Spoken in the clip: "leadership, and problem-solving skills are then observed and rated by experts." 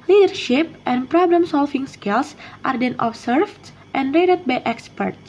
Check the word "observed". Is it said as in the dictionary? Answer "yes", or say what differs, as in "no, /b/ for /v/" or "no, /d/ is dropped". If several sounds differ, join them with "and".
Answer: no, /s/ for /z/